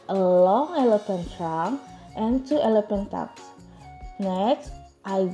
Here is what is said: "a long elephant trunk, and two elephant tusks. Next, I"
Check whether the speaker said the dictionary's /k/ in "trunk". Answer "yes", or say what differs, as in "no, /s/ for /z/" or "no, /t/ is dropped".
no, /k/ is dropped